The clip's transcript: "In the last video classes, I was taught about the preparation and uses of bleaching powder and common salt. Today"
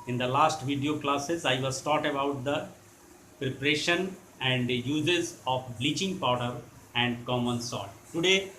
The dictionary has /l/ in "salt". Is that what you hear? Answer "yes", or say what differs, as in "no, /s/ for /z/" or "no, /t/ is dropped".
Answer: no, /l/ is dropped